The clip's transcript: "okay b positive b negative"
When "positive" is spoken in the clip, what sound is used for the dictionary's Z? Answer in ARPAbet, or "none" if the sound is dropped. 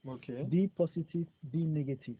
S